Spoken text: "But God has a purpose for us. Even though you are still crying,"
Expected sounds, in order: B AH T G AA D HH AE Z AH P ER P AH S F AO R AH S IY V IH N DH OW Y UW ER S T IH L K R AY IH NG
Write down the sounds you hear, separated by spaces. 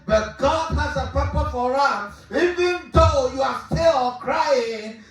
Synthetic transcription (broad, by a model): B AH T G AA D HH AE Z AH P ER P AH F AO R AH S IY V IH N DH OW Y UW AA S T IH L K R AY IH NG